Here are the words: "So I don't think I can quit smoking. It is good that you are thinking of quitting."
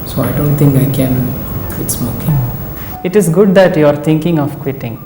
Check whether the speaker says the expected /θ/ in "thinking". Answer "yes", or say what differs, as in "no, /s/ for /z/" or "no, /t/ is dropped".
no, /t/ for /θ/